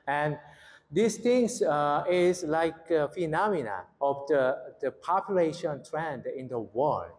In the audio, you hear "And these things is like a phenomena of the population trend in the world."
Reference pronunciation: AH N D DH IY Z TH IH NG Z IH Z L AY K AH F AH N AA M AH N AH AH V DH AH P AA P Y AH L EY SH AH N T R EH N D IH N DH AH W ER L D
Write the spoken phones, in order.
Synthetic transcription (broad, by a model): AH N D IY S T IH NG S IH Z L AY K AH F AH N AA M AH N AH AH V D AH P AA P Y AH L EY SH AH N T R EH N D IH N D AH W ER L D